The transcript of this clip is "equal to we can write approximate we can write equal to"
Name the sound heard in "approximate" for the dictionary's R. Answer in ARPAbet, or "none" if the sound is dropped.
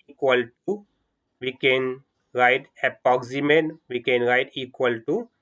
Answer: none